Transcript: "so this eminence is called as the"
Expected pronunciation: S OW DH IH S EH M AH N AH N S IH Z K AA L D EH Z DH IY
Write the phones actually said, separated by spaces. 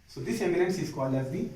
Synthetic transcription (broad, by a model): S OW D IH S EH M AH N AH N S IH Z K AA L EH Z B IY